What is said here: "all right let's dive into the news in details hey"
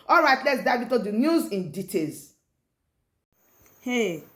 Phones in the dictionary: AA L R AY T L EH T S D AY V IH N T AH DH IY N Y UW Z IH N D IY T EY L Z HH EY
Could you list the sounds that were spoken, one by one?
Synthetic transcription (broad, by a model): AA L R AY T L EH T S D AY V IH T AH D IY N Y UW Z IH N D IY T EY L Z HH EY